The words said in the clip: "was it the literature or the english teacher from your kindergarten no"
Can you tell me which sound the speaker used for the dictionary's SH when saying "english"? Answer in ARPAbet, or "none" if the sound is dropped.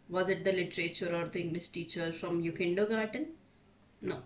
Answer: S